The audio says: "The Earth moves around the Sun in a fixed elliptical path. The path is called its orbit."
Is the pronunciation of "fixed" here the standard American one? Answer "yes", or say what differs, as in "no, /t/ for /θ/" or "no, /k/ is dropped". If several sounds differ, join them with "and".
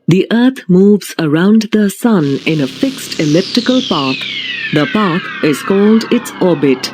yes